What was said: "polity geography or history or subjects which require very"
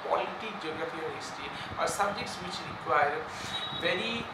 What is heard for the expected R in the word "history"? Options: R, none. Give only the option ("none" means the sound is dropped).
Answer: none